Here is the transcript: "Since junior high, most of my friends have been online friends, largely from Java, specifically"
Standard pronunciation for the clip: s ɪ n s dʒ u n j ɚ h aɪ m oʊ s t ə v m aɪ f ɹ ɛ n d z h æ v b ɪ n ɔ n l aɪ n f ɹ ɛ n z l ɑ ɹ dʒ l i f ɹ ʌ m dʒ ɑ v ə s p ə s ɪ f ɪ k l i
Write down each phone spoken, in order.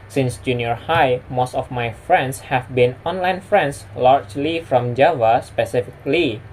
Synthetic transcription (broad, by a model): s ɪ n s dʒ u n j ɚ h aɪ m oʊ s t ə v m aɪ f ɹ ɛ n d s h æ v b ɪ n ɔ n l aɪ n f ɹ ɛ n s l ɑ ɹ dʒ l i f ɹ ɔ m dʒ ɑ v ə s p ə s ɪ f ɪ k l i